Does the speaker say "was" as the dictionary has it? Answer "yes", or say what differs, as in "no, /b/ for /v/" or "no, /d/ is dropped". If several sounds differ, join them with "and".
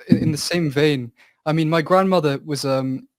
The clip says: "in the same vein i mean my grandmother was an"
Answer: yes